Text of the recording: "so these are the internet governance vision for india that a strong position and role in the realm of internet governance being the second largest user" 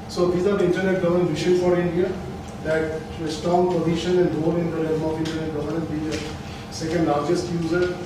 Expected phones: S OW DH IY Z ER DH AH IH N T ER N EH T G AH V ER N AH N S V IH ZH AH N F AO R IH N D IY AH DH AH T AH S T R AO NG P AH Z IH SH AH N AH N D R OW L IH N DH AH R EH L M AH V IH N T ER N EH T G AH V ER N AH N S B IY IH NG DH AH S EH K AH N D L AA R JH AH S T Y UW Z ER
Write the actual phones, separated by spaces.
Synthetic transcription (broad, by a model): S OW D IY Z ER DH IH N T ER N EH T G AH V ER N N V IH SH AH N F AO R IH N D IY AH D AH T AH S T AO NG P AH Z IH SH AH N AH N D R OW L IH N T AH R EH M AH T IH N T ER N EH T G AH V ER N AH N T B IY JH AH S EH K AH N D L AA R JH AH S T Y UW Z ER